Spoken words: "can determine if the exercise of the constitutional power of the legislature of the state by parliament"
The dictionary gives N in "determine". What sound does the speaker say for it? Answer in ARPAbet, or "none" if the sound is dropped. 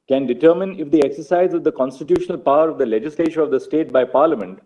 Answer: N